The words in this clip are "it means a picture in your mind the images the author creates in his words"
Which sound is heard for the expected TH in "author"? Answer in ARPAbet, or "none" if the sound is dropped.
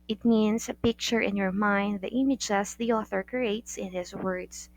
TH